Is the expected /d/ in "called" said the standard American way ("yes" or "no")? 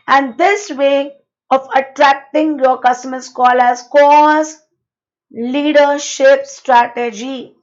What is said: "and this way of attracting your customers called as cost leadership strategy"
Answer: no